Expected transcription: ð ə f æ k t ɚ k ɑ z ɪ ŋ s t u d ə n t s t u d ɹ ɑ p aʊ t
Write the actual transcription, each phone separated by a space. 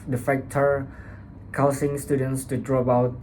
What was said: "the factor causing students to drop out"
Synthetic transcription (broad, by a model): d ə f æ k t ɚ k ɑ s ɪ ŋ s t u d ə n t s t u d ɹ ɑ b aʊ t